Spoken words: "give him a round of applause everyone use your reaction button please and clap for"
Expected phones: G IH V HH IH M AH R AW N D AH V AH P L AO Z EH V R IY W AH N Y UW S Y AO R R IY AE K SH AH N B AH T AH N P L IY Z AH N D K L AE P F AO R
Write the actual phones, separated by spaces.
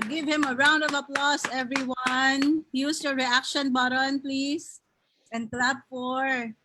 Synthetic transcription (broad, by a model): G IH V HH IH M AH R AW N D AH V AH P L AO S EH V R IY W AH N Y UW S Y AO R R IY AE K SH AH N B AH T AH N P L IY S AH N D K L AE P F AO R